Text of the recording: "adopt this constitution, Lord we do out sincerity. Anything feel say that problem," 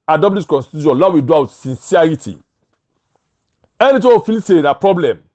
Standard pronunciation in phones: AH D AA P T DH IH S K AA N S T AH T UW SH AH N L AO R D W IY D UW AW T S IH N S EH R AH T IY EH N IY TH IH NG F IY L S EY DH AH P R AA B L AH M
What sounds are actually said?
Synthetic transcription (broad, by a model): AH D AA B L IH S K AA N S T AH T UW SH AH N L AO W IY D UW AW T S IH N S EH R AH T IY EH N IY T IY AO F IY L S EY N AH P R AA B L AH M